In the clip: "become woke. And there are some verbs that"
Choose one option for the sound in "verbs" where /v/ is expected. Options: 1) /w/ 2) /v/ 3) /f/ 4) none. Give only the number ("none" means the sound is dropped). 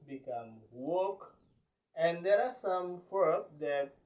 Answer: 3